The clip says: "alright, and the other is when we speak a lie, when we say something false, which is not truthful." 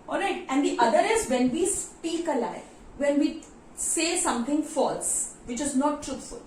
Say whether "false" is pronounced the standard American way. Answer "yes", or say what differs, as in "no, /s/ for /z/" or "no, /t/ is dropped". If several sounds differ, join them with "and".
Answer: yes